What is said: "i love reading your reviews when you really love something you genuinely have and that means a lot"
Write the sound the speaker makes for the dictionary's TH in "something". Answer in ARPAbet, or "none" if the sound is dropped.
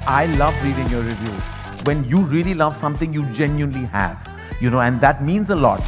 T